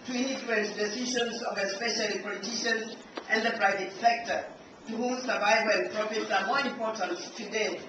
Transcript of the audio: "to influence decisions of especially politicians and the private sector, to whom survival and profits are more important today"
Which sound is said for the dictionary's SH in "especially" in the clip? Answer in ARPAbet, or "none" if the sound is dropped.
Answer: SH